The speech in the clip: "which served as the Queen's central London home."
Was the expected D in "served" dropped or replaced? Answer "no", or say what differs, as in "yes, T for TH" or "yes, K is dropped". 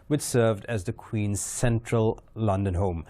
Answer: no